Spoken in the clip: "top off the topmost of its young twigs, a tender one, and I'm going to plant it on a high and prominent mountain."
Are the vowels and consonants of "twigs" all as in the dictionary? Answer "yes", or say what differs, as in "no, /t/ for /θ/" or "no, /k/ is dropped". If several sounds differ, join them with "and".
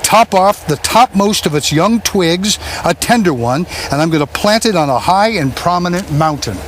yes